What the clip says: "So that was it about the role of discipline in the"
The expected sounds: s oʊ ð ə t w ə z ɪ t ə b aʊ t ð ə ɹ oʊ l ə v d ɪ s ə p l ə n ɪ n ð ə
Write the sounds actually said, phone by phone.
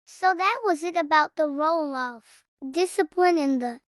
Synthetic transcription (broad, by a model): s oʊ ð ə t w ə z ɪ t ə b aʊ t ð ə ɹ oʊ l ə v d ɪ s ə p l ə n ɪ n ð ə